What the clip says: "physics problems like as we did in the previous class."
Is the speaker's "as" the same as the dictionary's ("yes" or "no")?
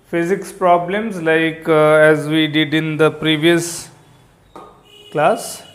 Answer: yes